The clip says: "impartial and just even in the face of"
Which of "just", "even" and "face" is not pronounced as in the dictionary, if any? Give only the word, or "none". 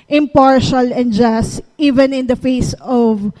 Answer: none